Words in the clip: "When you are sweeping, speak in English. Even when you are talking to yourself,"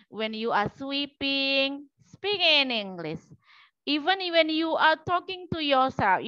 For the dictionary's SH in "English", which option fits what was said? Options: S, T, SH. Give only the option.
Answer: S